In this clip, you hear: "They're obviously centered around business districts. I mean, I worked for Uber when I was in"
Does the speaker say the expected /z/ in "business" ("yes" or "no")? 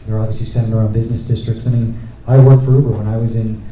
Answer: yes